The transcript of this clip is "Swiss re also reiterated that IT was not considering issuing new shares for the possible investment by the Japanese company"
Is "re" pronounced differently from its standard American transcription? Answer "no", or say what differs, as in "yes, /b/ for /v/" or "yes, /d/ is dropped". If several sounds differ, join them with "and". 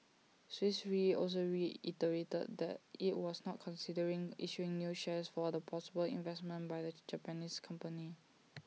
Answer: no